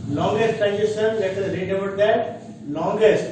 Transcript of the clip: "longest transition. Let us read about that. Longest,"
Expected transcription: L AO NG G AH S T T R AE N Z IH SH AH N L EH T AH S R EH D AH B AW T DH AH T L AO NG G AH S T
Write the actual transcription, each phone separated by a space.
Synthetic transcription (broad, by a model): L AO NG G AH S T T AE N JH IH S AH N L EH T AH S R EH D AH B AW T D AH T L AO NG G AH S T